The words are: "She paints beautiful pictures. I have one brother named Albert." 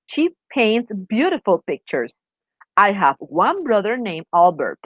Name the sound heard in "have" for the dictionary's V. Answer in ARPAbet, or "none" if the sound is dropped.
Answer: V